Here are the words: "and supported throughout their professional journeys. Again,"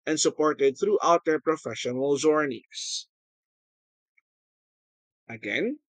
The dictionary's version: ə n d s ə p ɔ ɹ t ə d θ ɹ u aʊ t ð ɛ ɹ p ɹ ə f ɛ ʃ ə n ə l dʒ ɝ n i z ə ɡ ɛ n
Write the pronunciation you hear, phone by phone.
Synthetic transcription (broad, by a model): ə n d s ə p ɔ ɹ t ə d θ ɹ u aʊ t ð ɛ ɹ p ɹ ə f ɛ ʃ ə n ə l z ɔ n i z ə ɡ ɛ n